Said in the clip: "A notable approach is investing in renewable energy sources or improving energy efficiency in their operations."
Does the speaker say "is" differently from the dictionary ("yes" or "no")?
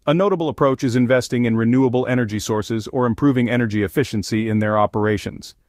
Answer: no